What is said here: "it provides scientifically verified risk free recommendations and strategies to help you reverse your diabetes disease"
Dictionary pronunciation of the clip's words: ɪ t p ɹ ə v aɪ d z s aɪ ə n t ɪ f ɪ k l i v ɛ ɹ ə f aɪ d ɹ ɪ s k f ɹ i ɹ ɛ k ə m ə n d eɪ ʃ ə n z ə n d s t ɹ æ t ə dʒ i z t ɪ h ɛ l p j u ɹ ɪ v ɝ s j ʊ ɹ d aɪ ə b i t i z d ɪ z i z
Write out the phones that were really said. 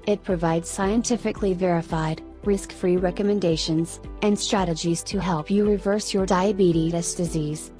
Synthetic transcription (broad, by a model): ɪ t p ɹ ə v aɪ d z s aɪ ə n t ɪ f ɪ k l i v ɛ ɹ ə f aɪ d ɹ ɪ s k f ɹ i ɹ ɛ k ə m ə n d eɪ ʃ ə n z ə n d s t ɹ æ t ə dʒ i z t ɪ h ɛ l p j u ɹ ɪ v ɝ s j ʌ ɹ d aɪ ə b i t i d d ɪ z i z